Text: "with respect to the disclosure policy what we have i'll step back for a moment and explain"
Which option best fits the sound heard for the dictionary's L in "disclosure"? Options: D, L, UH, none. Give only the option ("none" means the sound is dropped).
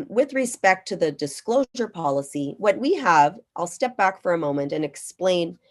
L